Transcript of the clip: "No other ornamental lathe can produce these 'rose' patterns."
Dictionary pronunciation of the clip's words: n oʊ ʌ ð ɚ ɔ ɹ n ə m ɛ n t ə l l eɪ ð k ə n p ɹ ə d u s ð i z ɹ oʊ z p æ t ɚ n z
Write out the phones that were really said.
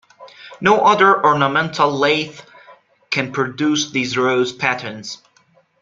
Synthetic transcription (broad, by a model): n oʊ ʌ ð ɚ ɔ ɹ n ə m ɛ n t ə l l eɪ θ k ə n p ɹ ə d u s ð i z ɹ oʊ z p æ t ɚ n z